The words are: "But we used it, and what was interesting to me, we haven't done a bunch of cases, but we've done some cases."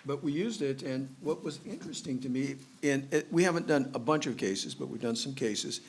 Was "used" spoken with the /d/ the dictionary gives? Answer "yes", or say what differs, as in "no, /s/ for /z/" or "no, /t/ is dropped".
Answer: yes